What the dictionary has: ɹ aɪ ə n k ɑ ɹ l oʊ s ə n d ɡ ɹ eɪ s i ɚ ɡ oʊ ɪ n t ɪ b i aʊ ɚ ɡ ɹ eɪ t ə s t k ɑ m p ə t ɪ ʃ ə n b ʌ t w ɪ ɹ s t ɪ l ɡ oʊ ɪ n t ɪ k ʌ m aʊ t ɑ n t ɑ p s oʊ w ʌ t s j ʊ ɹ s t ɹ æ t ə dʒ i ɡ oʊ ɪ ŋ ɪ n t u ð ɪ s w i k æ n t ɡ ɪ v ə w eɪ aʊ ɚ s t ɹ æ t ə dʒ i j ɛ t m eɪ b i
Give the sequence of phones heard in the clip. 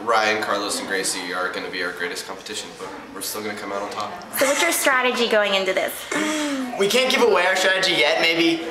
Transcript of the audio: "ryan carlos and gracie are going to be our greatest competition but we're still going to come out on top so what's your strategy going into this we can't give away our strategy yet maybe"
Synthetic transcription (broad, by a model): ɹ aɪ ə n k ɑ ɹ l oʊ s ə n ɡ ɹ eɪ s i ɚ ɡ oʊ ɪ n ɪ b i aʊ ɚ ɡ ɹ eɪ t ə s k ɑ m p ə t ɪ ʃ ə n b ʌ t w ɪ ɹ s t ɪ l ɡ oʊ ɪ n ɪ k ʌ m aʊ t n t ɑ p s oʊ w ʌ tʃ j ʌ ɹ s t ɹ æ t ə dʒ i ɡ oʊ ɪ ŋ ɪ n t u ð ɪ s w i k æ n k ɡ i p ə w eɪ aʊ s t ɹ æ t ə dʒ i j ɛ t m eɪ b i